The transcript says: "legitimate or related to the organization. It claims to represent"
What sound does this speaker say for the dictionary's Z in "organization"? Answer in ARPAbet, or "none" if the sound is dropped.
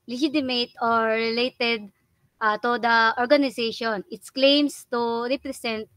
S